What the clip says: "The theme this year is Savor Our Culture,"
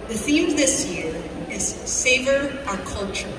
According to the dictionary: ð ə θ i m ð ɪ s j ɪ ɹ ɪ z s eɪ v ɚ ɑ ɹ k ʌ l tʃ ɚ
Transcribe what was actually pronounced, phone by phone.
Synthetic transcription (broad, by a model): ð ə θ i m ð ɪ s j ɪ ɹ ɪ z s eɪ v ɚ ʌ k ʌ l tʃ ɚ